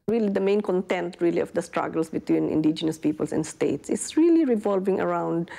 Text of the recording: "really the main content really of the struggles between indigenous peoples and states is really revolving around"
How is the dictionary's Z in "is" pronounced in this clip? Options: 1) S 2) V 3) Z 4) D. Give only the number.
1